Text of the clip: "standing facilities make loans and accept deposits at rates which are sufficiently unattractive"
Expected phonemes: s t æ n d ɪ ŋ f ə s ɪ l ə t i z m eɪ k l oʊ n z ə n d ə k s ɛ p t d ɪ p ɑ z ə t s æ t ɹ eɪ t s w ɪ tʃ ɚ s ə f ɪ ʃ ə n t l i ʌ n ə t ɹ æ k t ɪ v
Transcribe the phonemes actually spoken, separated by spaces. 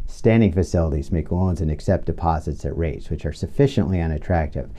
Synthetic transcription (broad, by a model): s t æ n d ɪ ŋ f ə s ɪ l ə t i z m eɪ k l oʊ n z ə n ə k s ɛ p d ɪ p ɑ z ə t s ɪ t ɹ eɪ t s w ɪ tʃ ɚ s ə f ɪ ʃ ə n t l i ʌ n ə t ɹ æ k t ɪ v